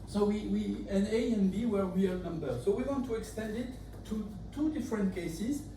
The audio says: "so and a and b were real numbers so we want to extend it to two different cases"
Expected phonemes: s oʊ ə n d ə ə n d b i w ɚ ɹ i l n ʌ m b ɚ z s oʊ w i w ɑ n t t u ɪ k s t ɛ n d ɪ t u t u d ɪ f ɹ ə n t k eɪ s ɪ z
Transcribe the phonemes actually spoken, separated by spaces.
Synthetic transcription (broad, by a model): s oʊ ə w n ə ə n b i w ɚ w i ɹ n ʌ m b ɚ s oʊ w i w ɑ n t t u ɪ k s t ɛ n d ɪ t u t u d ɪ f ɹ ə n t k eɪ s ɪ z